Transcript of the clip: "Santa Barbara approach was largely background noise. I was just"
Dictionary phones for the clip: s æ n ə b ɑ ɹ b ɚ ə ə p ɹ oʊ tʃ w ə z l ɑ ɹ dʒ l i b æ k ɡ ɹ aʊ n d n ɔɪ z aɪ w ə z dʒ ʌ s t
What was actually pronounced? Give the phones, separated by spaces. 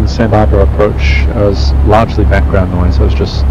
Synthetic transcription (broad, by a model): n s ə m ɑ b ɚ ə ə p ɹ oʊ tʃ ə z l ɑ ɹ dʒ l i b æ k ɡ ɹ aʊ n n ɔɪ z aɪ w ə z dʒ ʌ s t